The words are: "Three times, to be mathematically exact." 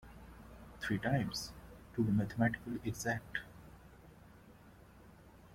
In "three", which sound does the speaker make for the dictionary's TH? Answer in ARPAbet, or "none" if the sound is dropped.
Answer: T